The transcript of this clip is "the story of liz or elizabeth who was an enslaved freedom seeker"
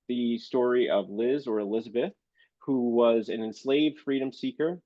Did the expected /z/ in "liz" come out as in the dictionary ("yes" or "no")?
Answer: yes